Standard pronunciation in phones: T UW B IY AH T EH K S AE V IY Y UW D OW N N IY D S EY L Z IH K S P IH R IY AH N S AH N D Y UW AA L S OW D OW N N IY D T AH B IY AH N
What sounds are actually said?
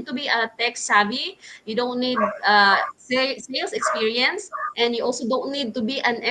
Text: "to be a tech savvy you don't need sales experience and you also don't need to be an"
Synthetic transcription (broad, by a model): T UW B IY AH T EH K S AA B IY Y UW D OW N N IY D S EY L S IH K S P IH R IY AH N S AH N D Y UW AA L S OW D OW N N IY D T AH B IY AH N